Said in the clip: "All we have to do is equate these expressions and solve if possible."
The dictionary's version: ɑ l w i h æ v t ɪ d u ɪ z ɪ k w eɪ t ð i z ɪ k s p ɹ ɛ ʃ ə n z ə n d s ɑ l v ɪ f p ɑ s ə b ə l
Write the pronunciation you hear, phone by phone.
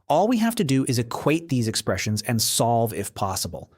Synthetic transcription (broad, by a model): ɑ l w i h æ f t ɪ d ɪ ɪ z ɪ k w eɪ t ð i z ɪ k s p ɹ ɛ ʃ ə n z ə n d s ɑ l v ɪ f p ɑ s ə b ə l